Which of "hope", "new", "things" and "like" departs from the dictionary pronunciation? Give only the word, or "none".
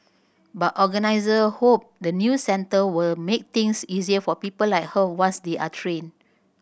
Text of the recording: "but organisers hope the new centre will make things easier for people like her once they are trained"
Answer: things